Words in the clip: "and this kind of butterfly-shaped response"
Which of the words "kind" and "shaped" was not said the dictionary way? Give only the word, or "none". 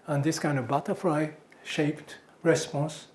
none